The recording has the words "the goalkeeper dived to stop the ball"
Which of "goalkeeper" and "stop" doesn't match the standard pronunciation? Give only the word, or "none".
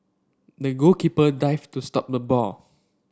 goalkeeper